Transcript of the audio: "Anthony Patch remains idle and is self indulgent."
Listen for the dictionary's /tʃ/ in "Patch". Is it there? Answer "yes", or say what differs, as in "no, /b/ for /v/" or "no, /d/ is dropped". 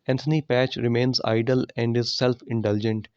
yes